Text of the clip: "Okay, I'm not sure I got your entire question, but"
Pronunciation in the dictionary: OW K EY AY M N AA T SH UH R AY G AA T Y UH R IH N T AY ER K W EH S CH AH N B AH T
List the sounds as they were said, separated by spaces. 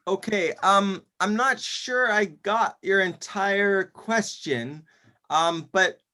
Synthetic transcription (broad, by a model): OW K EY AY M N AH T SH UH R AY G AA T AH R IH N T AY ER K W EH S CH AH N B AH T